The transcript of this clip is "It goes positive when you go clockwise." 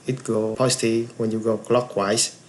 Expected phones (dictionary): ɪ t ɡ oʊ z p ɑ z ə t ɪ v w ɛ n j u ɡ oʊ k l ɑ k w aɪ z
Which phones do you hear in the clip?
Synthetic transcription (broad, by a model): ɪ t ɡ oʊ p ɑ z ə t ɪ w ɛ n j u ɡ oʊ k l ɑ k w aɪ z